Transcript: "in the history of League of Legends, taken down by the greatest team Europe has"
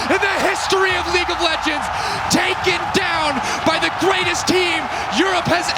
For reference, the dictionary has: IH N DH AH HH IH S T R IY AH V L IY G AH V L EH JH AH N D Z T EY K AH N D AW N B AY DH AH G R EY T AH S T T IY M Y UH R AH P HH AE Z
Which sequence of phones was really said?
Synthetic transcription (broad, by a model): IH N DH AH HH IH S T R IY AH V L IY G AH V L EH JH AH N D Z T EY K AH N D AW N B AY DH AH G R EY T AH S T T IY M Y UH R AH P HH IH Z